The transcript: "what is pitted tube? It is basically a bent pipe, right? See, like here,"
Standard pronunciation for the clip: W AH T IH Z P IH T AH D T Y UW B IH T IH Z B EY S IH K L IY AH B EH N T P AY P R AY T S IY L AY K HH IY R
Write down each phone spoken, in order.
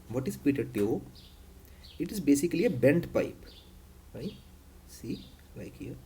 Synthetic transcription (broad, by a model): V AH T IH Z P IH T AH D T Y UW IH T IH Z B EY S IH K L IY AH B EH N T P AY P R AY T S IY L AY K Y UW